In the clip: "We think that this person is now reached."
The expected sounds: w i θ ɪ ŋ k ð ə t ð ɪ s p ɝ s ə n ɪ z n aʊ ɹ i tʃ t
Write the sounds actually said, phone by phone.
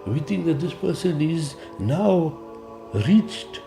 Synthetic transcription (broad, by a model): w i t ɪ ŋ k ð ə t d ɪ s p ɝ s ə n ɪ z n aʊ ɹ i tʃ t